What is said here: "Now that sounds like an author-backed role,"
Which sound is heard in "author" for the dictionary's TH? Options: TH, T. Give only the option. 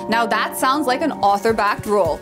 TH